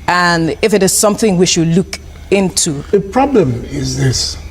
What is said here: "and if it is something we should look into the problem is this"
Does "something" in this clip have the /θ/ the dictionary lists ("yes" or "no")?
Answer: yes